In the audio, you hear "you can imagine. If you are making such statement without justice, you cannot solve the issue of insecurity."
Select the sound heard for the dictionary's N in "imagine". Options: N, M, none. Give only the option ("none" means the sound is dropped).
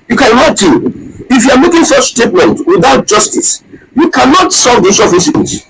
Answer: none